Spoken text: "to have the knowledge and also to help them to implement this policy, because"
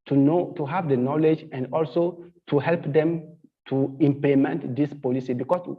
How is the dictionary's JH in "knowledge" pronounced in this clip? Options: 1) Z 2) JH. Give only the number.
2